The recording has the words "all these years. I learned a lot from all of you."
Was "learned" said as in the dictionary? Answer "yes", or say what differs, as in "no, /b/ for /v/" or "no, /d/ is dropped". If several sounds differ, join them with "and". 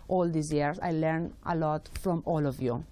no, /d/ is dropped